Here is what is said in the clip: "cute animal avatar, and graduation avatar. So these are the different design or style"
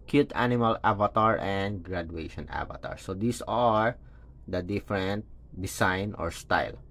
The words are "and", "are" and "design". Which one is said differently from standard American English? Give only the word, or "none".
design